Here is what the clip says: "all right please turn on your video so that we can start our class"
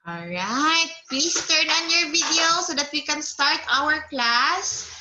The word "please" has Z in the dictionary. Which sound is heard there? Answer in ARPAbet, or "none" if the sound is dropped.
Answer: S